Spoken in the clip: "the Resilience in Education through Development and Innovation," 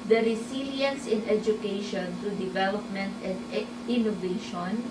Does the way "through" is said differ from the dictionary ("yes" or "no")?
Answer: yes